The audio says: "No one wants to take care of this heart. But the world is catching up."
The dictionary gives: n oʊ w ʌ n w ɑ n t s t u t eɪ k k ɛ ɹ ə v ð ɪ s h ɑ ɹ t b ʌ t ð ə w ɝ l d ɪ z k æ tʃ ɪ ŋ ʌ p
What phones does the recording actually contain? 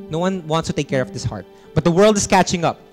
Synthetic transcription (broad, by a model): n oʊ w ʌ n w ɑ n t s t u t eɪ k k ɛ ɹ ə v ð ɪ s h ɑ ɹ t b ʌ t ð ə w ɝ l d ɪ s k æ tʃ ɪ ŋ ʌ p